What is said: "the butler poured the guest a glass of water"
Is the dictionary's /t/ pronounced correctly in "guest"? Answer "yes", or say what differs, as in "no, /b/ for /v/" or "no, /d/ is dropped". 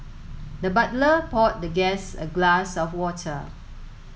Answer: no, /t/ is dropped